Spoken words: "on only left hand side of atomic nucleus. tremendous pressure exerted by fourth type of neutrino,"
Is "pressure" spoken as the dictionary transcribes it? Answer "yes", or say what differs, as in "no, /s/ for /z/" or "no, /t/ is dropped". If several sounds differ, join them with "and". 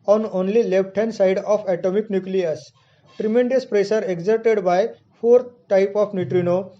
no, /s/ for /ʃ/